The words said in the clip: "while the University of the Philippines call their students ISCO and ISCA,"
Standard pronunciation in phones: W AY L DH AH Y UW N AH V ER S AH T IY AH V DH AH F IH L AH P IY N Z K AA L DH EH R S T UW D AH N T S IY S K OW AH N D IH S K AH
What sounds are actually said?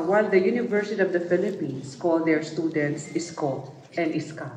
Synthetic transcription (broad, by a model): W AY L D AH Y UW N AH V ER S AH T IY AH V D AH F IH L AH P IY N S K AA L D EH R S T UW D AH N T S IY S K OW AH N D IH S K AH